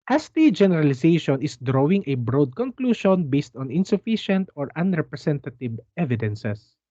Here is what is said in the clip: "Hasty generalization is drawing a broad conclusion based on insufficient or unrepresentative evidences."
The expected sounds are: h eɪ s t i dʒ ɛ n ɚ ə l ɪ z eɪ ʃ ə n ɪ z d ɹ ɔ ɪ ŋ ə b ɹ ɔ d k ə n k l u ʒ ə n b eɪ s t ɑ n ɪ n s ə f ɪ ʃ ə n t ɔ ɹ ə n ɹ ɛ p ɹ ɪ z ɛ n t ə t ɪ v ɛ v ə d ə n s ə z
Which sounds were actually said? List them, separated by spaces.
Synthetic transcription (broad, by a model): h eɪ s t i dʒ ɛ n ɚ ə l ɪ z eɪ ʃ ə n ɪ s d ɹ ɔ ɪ ŋ ə b ɹ ɔ d k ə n k l u ʃ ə n b eɪ s t ɑ n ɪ n s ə f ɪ ʃ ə n t ɔ ɹ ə n ɹ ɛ p ɹ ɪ s ɛ n t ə t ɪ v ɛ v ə d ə n s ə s